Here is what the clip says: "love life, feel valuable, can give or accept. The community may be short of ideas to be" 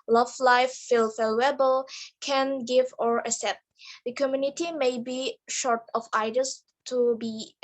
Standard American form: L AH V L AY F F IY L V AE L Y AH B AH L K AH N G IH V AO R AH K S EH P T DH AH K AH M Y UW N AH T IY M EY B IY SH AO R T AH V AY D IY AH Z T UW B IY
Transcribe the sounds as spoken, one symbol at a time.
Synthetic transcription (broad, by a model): L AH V L AY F F IY L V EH L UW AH B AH L K AH N G IH V AO R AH S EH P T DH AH K AH M Y UW N AH T IY M EY B IY SH AO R T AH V AY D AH S T UW B IY